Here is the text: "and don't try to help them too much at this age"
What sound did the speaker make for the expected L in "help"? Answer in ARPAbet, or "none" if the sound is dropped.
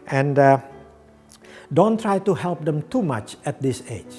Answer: L